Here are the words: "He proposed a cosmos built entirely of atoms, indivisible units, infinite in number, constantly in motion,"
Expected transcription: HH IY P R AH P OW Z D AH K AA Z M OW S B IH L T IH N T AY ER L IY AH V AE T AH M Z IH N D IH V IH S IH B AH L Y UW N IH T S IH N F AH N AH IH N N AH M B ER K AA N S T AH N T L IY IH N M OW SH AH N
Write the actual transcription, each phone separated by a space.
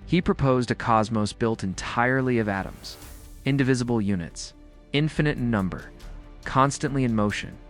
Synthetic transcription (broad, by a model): HH IY P R AH P OW Z D AH K AA Z M OW S B IH L T IH N T AY ER L IY AH V AE T AH M Z IH N D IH V IH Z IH B L Y UW N IH T S IH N F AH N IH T N AH M B ER K AA N S T AH N T L IY IH N M OW SH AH N